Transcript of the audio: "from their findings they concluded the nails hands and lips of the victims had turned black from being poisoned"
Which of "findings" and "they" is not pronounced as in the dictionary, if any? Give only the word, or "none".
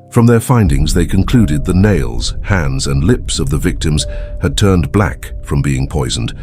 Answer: none